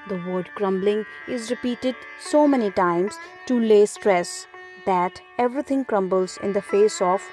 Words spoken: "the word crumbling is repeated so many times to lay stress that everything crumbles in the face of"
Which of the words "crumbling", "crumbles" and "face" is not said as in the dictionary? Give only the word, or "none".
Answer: none